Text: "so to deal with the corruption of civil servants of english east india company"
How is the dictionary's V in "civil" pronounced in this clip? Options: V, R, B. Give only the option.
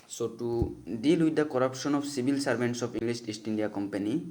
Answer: B